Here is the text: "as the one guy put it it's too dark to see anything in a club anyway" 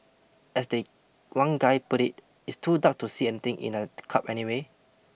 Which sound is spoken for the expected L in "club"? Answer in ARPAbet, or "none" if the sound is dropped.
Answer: none